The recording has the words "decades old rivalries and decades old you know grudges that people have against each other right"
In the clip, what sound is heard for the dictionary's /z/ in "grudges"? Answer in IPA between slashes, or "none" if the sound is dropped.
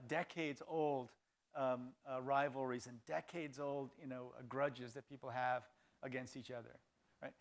/z/